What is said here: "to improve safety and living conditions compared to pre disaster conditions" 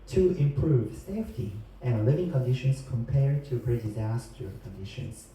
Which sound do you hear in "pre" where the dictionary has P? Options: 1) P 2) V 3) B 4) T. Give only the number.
3